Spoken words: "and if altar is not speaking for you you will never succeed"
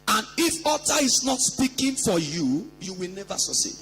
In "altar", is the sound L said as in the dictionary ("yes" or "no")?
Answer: no